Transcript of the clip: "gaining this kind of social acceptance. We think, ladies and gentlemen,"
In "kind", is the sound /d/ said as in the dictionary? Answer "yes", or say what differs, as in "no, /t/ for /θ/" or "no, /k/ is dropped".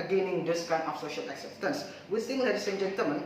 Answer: no, /d/ is dropped